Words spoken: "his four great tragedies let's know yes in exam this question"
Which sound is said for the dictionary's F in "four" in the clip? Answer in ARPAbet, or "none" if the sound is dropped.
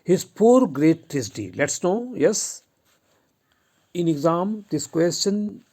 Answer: P